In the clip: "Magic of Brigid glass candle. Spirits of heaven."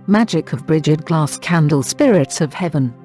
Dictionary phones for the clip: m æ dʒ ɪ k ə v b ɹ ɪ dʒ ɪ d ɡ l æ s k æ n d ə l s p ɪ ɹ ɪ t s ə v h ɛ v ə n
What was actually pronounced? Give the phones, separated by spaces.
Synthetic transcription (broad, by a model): m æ dʒ ɪ k ə v b ɹ ɪ dʒ ɪ d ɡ l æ s k æ n d ə l s p ɪ ɹ ɪ t s ə v h ɛ v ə n